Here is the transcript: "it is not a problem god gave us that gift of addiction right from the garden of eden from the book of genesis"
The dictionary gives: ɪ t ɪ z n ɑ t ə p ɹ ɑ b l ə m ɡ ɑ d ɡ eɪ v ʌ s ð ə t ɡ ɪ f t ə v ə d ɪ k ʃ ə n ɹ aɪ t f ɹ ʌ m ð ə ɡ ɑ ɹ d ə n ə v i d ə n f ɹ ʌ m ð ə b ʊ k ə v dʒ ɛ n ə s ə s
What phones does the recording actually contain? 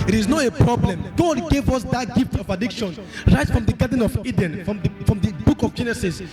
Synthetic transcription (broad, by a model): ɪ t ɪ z n ɑ t ə p ɹ ɑ b l ə m ɡ ɑ d ɡ eɪ v ʌ s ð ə t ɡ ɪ f t ə v ə d ɪ k ʃ ə n ɹ aɪ t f ɹ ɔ m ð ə ɡ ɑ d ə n ə v i d ə n f ɹ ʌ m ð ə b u k ə v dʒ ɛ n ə s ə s